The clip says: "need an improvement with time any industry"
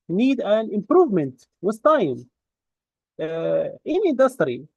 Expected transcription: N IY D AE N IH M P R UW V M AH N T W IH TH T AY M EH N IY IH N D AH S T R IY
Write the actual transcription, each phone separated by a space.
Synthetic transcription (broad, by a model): N IY D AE N IH M P R UW V M AH N T W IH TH T AY M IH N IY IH N D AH S T R IY